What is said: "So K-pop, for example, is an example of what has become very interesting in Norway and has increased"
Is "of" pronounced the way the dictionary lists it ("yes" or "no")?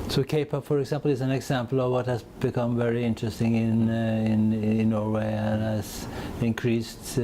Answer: yes